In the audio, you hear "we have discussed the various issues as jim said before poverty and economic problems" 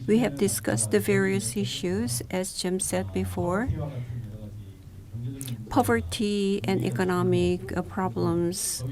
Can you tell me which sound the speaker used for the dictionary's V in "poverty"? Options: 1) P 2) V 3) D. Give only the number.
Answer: 2